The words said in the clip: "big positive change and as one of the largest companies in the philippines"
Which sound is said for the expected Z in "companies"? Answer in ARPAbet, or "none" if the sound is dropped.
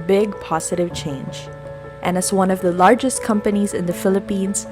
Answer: Z